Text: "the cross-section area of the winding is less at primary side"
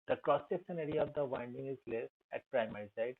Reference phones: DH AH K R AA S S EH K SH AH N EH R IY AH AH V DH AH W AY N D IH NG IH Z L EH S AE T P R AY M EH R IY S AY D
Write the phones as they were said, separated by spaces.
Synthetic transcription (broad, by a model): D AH K R AA S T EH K S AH N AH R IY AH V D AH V AY N D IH NG IH Z L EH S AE T P R AY M EH R IY S AY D